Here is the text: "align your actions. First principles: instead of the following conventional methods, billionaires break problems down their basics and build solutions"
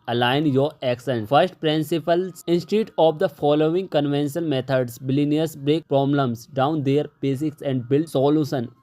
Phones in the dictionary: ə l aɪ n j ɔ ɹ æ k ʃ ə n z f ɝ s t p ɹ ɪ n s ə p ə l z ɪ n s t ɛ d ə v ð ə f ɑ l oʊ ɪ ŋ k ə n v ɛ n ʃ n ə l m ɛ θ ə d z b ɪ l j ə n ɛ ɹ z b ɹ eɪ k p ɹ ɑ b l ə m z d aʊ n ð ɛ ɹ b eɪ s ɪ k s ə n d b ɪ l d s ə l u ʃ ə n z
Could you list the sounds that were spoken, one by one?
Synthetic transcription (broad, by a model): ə l aɪ n j ɔ ɹ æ k s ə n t f ɝ s t p ɹ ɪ n s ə p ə l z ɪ n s t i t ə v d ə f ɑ l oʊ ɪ ŋ k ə n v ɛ n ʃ ə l m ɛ t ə d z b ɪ l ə n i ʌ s b ɹ eɪ k p ɹ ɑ b l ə m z d aʊ n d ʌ ɹ b eɪ s ɪ k s ə n d b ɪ l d s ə l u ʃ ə n